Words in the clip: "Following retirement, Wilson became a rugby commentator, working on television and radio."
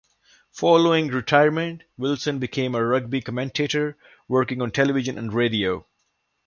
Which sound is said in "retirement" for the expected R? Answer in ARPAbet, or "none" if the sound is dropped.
R